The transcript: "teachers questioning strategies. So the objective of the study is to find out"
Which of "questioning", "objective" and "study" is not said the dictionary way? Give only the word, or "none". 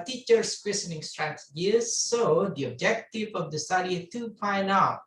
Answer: questioning